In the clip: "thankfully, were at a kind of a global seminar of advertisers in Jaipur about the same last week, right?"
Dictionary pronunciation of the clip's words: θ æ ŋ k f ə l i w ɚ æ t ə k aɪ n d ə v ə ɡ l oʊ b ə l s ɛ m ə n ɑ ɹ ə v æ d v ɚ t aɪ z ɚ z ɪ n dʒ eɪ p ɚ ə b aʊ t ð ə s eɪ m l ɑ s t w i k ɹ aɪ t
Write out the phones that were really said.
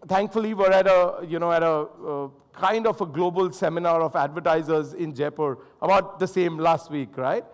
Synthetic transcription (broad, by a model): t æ ŋ k f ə l i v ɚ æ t ə k aɪ n d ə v ə ɡ l oʊ b ə l s ɛ m ə n ɑ ɹ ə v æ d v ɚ t aɪ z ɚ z ɪ n dʒ eɪ p ɚ ə b aʊ t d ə s eɪ m l ɑ s t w i k ɹ aɪ t